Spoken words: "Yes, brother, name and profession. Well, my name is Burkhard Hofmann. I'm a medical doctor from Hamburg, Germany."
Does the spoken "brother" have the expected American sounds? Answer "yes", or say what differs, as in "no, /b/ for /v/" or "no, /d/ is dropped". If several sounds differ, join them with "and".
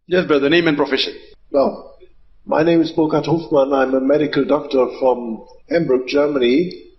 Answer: no, /ɹ/ is dropped